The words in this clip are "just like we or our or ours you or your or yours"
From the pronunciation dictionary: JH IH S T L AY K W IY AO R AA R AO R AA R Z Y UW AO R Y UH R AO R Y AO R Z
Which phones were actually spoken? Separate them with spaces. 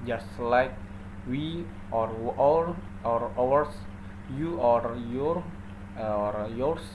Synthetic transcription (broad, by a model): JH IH S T L AY K W IY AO R AA R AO W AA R S Y UW AO R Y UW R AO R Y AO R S